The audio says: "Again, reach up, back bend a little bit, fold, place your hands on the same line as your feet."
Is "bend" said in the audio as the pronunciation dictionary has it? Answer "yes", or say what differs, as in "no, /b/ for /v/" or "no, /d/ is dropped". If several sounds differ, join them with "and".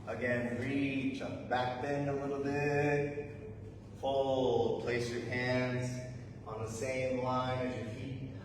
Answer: no, /d/ is dropped